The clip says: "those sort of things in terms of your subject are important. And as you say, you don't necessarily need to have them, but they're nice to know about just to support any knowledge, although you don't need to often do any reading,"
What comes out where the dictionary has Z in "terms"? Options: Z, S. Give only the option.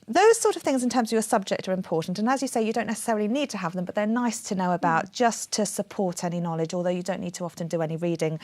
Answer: Z